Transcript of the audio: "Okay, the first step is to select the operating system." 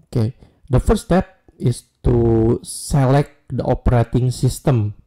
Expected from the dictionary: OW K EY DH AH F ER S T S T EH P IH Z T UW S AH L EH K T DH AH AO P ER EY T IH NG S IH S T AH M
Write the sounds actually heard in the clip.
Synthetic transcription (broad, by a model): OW K EY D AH F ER T S T EH P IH S T UW S AH L EH K T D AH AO P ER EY T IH NG S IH S T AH M